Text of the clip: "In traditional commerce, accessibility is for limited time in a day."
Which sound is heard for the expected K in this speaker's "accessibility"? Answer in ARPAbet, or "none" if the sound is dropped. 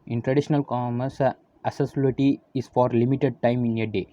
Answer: none